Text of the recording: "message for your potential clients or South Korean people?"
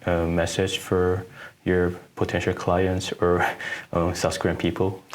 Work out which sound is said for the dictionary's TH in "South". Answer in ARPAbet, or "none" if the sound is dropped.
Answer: S